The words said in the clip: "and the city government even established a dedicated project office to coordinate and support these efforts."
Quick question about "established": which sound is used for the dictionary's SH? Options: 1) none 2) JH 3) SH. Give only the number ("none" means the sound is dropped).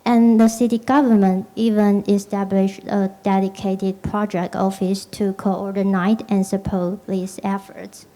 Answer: 3